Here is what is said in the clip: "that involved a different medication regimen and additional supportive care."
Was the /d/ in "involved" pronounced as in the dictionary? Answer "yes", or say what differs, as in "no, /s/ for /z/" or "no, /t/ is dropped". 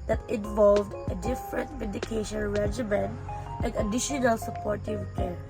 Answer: yes